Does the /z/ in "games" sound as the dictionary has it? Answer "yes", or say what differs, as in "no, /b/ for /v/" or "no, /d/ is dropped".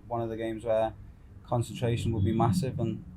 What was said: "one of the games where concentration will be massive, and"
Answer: yes